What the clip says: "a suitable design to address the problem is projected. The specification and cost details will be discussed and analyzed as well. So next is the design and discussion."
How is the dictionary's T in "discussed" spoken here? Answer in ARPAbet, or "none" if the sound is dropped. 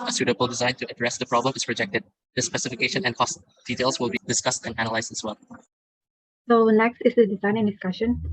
T